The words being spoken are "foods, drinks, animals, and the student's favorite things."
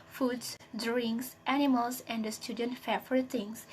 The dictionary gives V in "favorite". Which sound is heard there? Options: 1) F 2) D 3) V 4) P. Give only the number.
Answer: 1